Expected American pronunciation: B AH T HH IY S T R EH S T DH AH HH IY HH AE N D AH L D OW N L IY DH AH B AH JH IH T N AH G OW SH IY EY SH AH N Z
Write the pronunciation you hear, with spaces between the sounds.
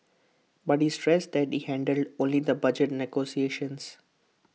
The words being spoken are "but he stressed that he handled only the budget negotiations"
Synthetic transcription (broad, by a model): B AH T HH IY S T R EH S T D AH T IY HH AE N D AH L D OW N L IY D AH B AH JH IH T N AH G OW S IY EY SH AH N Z